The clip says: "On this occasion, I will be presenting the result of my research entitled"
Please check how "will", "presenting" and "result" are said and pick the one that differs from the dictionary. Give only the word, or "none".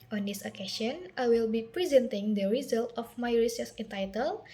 none